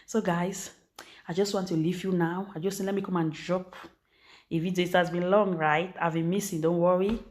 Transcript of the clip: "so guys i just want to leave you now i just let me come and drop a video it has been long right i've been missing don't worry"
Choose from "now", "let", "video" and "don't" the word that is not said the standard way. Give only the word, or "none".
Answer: video